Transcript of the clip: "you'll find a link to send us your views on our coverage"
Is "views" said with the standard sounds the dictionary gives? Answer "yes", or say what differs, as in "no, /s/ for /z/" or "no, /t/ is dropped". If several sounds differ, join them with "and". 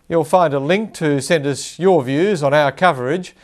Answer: yes